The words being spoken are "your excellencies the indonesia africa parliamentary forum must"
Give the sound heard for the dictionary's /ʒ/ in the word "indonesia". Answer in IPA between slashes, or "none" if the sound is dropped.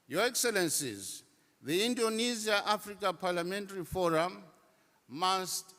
/z/